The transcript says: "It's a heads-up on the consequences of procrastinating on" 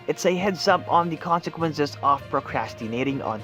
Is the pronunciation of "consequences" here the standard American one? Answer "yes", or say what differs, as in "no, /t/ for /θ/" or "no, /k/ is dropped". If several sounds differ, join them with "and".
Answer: yes